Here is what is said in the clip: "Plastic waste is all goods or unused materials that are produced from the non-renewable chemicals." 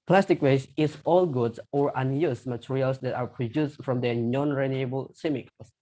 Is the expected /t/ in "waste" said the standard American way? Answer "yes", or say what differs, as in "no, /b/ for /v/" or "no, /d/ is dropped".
no, /t/ is dropped